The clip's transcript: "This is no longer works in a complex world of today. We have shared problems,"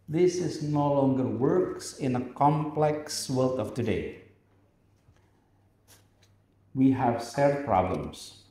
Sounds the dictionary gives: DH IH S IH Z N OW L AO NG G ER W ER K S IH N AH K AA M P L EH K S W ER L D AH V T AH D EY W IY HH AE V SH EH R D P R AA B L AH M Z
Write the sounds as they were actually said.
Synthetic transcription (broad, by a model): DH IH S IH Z N OW L AO NG G ER W ER K S IH N AH K AA M P L EH K S W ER L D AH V T AH D EY W IY HH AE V S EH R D P R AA B L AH M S